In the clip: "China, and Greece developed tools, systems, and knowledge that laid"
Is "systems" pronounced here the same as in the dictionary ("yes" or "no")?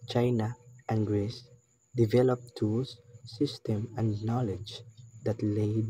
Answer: no